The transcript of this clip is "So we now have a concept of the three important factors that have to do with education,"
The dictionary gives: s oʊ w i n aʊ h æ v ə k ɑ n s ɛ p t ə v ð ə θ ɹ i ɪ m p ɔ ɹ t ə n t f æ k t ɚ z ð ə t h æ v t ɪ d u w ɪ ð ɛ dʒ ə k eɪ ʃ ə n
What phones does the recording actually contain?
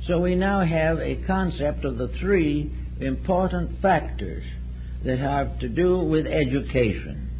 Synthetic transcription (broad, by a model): s oʊ w i n aʊ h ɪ v ə k ɑ n s ɛ p t ə v ð ə θ ɹ i ɪ m p ɔ ɹ t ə n t f æ k t ɚ z ð ə t h æ v t ɪ d u w ɪ ð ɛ dʒ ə k eɪ ʃ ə n